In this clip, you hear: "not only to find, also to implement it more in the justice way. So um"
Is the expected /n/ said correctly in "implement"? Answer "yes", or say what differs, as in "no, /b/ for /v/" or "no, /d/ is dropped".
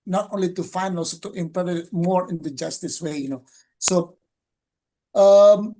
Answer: no, /n/ is dropped